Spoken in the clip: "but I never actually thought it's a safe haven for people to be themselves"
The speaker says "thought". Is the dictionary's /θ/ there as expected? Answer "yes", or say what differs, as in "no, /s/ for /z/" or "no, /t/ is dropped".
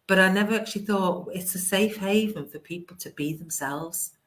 yes